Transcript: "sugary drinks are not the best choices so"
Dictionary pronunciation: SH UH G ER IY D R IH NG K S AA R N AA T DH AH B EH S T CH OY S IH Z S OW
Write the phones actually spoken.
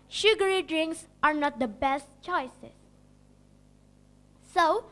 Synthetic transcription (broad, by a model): SH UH G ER IY D R IH NG K S AA R N AA T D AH B EH S T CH OY S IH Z S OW